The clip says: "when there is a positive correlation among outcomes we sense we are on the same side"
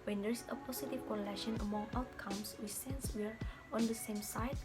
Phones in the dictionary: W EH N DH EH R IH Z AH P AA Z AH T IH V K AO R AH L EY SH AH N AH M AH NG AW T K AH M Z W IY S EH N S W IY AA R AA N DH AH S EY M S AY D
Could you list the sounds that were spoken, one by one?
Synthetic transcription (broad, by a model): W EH N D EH R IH S AH P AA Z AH T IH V K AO L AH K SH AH N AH M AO NG AW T K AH M S W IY S EH N S W IY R AA N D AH S EY M S AY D